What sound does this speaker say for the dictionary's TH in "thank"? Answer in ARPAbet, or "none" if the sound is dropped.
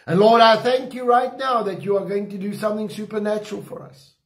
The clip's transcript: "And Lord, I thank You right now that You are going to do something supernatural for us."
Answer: TH